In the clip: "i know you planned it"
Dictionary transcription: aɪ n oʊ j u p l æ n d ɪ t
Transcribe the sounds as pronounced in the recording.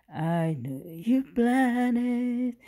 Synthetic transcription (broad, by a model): aɪ n oʊ j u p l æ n ɪ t